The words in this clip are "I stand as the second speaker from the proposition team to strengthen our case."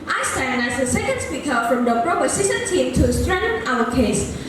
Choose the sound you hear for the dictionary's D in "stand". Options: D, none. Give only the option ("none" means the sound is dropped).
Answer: none